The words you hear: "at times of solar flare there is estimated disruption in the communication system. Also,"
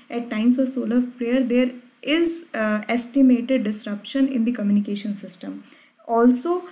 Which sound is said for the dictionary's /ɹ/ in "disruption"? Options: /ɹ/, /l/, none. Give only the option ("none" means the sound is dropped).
/ɹ/